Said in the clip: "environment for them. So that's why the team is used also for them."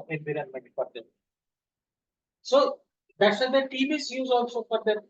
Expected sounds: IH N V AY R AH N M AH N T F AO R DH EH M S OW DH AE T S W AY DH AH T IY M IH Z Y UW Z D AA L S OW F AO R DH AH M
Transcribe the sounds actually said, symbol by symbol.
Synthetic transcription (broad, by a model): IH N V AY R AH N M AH N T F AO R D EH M S OW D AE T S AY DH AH T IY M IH S Y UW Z AA L S OW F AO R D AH